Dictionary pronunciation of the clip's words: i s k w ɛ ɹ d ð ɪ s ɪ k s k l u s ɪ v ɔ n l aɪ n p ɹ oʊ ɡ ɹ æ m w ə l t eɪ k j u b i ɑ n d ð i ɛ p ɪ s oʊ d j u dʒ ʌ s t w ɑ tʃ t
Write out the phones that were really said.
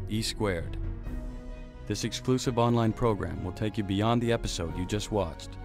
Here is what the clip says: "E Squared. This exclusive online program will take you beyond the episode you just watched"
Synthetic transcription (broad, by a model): i s k w ɛ ɹ d ð ɪ s ɪ k s k l u s ɪ v ɔ n l aɪ n p ɹ oʊ ɡ ɹ æ m w ə l t eɪ k j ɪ b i ɑ n ð i ɛ p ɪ s oʊ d j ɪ dʒ ʌ s t w ɑ tʃ t